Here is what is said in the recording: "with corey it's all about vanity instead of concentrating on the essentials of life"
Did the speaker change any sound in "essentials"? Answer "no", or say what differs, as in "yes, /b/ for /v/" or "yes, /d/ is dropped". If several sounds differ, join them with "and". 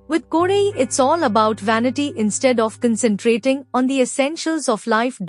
no